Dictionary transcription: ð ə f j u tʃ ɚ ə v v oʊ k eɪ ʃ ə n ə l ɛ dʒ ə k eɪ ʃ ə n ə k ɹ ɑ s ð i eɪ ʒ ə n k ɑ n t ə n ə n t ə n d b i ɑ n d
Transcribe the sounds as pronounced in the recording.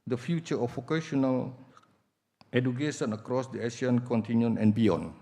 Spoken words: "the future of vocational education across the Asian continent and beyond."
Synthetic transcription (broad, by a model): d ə f j u tʃ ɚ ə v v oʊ k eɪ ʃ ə n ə l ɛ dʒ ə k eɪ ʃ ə n ə k ɹ ɑ s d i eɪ ʃ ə n k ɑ n t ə n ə n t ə n b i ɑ n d